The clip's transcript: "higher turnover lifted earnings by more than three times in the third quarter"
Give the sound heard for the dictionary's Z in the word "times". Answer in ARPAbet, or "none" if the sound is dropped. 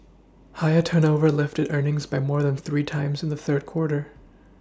Z